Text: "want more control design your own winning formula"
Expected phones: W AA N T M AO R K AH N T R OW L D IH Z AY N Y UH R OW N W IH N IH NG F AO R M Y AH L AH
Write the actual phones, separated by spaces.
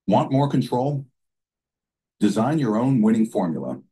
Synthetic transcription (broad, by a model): W AA N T M AO R K AH N T R OW L D IH Z AY N Y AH R OW N W IH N IH NG F AO R M Y L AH